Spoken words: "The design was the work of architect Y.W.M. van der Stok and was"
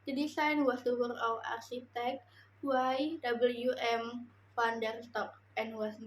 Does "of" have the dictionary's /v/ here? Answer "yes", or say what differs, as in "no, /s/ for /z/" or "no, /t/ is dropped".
no, /w/ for /v/